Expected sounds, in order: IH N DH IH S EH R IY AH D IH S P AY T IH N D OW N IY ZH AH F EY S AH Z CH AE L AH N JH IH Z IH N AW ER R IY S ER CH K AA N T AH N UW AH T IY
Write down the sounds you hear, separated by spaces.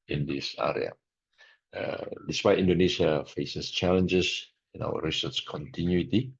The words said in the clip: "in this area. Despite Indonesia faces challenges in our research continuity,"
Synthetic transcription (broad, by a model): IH N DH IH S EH R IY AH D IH S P AY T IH N D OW N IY SH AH F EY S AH S CH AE L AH N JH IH S IH N AW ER R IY S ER S K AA N T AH N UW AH T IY